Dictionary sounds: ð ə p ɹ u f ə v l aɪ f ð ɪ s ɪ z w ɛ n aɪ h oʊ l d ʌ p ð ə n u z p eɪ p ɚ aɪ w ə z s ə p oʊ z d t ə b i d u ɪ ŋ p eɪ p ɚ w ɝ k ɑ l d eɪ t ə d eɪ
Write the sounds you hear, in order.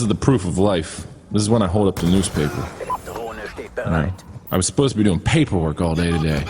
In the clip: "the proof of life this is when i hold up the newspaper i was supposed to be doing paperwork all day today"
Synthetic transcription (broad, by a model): ð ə p ɹ u f ə v l aɪ f ð ɪ s ɪ z w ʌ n aɪ h oʊ l d ʌ p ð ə n u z p eɪ p ɚ aɪ w ə z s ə p oʊ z t ə b i d u ɪ ŋ p eɪ p ɚ w ɝ k ɑ l d eɪ t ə d eɪ